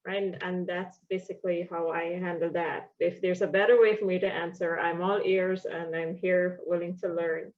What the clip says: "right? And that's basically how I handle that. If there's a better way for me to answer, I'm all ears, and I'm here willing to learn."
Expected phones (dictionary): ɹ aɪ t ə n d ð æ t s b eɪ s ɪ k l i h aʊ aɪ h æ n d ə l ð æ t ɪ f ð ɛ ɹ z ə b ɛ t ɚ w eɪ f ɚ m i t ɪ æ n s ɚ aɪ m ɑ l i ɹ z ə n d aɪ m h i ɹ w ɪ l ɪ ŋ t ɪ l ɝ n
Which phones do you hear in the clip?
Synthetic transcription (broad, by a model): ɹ aɪ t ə n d ð æ t s b eɪ s ɪ k l i h aʊ aɪ h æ n d l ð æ t ɪ f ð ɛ ɹ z ə b ɛ t ɚ w eɪ f ɚ m i t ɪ æ n s ɚ aɪ m ɑ l i ɹ z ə n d aɪ m h i ɹ w ɪ l ɪ ŋ t ɪ l ɝ n